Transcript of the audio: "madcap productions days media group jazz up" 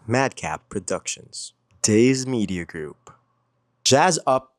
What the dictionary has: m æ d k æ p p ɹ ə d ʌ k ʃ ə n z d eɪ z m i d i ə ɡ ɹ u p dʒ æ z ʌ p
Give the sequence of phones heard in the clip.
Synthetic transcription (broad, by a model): m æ d k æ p p ɹ ə d ʌ k ʃ ə n z d eɪ z m i d i ə ɡ ɹ u p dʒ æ z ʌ p